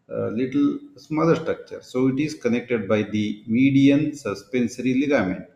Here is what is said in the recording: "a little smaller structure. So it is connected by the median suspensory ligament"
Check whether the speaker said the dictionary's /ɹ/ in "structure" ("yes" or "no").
yes